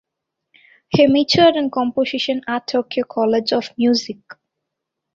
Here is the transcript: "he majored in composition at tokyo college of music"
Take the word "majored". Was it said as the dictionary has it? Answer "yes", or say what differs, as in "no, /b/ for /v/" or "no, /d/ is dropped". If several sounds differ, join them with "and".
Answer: no, /tʃ/ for /dʒ/